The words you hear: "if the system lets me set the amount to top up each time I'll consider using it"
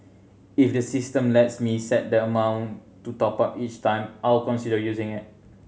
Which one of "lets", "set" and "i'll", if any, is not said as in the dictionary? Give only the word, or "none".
none